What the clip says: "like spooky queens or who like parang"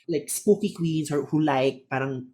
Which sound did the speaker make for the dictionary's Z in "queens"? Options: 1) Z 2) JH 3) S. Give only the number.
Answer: 3